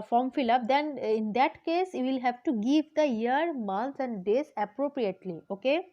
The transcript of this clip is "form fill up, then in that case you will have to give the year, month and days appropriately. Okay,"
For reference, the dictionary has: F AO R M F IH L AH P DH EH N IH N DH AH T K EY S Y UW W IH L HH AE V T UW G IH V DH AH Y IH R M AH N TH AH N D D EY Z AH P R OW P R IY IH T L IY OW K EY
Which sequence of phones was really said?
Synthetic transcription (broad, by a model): F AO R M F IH L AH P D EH N IH N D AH T K EY S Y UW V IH L HH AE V T UW G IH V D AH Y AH R M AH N S AH N D D EY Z AH P R OW P R IY IH T L IY OW K EY